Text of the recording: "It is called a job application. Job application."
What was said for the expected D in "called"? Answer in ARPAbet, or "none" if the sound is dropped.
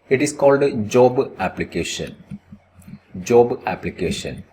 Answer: D